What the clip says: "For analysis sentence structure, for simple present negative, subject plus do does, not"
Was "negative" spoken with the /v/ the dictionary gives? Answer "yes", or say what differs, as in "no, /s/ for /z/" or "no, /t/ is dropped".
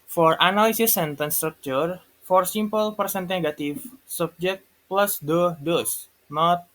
no, /f/ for /v/